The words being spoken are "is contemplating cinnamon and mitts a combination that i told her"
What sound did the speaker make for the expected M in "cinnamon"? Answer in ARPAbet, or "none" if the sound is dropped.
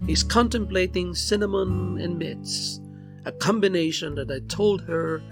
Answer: M